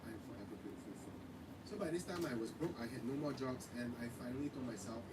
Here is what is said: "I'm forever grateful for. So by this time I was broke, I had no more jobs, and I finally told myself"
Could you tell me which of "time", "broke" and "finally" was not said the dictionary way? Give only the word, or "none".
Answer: none